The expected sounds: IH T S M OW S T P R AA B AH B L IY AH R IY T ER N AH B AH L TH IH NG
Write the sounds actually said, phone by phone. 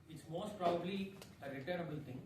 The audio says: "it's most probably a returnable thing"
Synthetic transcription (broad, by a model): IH T S M OW S T P R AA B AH B L IY AH R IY T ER AH B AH L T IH NG